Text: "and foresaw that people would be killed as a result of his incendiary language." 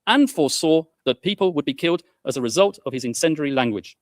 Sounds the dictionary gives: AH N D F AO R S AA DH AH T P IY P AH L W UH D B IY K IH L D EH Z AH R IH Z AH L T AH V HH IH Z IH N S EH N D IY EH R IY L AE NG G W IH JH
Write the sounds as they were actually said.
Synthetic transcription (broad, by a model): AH N F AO S AA DH AH T P IY P AH L W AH D B IY K IH L D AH Z AH R IH Z AH L T AH V IH Z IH N S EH N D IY R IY L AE NG G W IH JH